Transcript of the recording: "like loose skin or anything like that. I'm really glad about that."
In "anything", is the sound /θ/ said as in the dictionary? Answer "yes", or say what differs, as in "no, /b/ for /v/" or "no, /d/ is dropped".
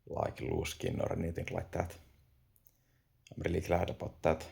no, /t/ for /θ/